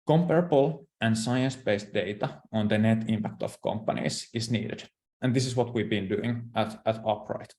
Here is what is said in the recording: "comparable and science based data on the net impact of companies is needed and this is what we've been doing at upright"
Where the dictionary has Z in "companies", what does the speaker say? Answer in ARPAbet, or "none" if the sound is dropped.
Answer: S